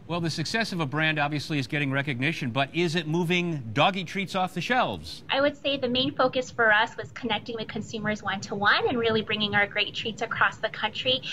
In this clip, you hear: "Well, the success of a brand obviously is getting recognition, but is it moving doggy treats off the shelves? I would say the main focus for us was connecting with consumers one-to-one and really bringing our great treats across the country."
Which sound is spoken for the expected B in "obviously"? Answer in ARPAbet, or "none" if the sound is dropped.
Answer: B